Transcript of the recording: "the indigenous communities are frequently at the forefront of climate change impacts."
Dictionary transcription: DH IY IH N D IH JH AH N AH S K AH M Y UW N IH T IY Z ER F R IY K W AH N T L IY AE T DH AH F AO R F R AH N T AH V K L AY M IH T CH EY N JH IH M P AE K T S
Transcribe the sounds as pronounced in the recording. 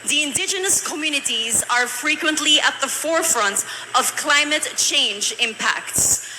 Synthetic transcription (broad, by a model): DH IY IH N D IH JH AH N AH S K AH M Y UW N IH T IY Z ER F R IY K W AH N T L IY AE T DH AH F AO R F R AH N T AH V K L AY M IH T CH EY N JH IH M P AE K T S